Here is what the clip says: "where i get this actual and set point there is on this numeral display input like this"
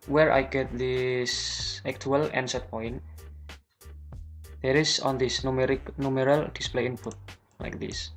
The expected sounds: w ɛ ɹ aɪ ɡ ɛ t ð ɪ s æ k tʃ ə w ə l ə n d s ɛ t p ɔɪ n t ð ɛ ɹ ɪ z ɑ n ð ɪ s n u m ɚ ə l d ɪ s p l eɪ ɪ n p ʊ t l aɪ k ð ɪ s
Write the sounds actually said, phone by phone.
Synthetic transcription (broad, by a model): w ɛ ɹ aɪ ɡ ɛ t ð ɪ s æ k tʃ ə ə l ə n s ɛ t p ɔɪ n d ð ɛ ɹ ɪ s ɑ n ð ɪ s n u m ɚ ə l d ɪ s p l eɪ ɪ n p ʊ t l aɪ k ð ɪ s